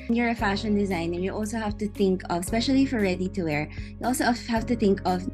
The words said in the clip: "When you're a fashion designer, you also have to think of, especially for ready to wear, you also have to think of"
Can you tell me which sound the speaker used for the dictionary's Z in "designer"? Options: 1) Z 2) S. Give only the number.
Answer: 1